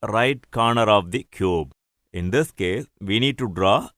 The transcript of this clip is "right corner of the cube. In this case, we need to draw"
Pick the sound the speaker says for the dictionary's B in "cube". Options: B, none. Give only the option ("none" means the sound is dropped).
B